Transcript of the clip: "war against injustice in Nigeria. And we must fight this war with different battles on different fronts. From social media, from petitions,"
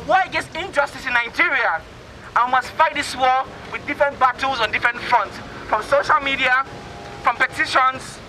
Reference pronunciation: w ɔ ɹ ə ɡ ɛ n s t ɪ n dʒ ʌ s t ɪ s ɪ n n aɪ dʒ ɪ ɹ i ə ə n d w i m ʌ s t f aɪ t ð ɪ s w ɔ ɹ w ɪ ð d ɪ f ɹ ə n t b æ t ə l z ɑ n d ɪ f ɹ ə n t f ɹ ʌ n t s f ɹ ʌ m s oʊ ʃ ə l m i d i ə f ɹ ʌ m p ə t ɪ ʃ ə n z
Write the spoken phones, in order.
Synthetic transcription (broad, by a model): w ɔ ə ɡ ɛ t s ɪ n dʒ ʌ s t ɪ s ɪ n n aɪ dʒ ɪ ɹ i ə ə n w i m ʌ s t f aɪ t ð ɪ s w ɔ w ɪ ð d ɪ f ɹ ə n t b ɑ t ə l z ɑ n d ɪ f ɹ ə n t f ɹ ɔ n t s f ɹ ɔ m s oʊ ʃ ə l m i d i ə f ɹ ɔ m p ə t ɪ ʃ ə n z